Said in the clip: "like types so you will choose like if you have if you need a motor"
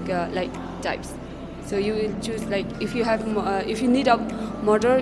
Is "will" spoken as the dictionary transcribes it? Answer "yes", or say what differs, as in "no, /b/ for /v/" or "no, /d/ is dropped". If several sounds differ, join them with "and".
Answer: yes